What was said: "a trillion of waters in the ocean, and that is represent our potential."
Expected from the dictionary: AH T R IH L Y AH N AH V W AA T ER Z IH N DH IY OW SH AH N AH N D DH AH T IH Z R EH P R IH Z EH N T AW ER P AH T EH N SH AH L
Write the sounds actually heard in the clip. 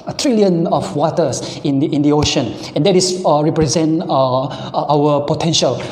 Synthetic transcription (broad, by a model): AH T R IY L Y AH N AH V W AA T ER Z IH N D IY OW SH AH N AH N D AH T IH S R EH P R IH Z EH N T AW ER P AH T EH N SH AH L